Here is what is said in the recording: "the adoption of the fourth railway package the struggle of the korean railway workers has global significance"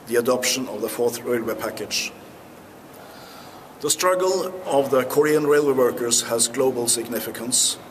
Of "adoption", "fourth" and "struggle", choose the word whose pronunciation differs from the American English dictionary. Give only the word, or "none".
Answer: none